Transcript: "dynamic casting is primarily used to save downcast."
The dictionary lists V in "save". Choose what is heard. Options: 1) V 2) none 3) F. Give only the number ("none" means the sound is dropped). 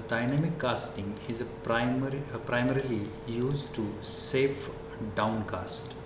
3